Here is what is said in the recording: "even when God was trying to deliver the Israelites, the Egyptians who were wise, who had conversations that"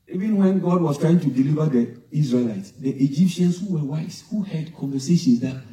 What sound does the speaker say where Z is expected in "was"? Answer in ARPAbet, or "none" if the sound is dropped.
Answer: S